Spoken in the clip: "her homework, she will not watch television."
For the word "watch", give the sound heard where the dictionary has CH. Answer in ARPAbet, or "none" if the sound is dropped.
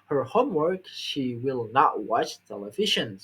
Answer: CH